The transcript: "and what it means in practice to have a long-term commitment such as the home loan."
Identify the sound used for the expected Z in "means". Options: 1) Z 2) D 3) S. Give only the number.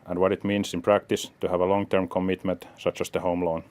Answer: 3